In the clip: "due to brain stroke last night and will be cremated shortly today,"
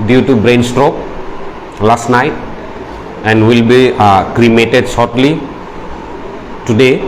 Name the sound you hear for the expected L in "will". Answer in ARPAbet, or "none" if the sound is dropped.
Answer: L